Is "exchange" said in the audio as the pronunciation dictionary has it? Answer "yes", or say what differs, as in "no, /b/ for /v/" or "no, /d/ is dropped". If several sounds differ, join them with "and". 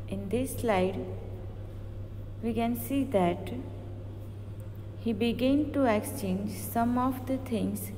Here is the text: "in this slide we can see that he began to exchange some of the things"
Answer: yes